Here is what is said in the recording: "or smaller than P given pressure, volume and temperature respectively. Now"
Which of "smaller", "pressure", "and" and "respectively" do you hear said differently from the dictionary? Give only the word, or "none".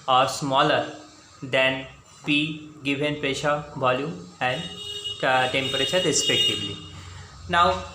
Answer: pressure